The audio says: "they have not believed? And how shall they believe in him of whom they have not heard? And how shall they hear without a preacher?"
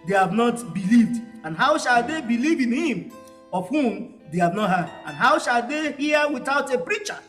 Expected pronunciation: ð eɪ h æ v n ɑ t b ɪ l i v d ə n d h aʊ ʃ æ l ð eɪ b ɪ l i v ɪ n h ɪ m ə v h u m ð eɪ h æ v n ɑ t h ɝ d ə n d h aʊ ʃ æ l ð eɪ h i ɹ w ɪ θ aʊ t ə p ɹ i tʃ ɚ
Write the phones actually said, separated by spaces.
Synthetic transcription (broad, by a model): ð eɪ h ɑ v n ɑ t b ɪ l i v d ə n h aʊ ʃ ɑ l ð eɪ b ɪ l i v ɪ n h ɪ m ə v h u m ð eɪ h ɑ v n ɑ t h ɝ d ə n h aʊ ʃ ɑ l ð eɪ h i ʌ w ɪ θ aʊ t ə p ɹ i tʃ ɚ